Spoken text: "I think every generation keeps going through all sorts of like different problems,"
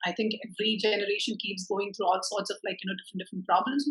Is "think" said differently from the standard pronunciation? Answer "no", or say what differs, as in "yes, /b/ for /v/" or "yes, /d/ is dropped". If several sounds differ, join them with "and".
yes, /t/ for /θ/